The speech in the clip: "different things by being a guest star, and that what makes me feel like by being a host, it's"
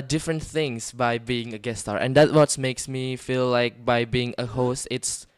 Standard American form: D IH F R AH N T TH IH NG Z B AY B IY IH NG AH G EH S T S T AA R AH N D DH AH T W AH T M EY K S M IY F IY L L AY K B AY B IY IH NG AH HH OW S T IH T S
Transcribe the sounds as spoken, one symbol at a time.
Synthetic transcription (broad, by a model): D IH F R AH N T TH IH NG S B AY B IY IH NG AH G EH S S T AA R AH N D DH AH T W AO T M EY K S M IY F IY L L AY K B AY B IY IH NG AH HH OW S T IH T S